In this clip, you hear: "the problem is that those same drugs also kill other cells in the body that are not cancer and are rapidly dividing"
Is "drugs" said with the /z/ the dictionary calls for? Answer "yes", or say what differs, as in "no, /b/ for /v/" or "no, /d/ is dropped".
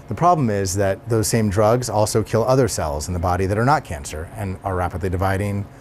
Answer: yes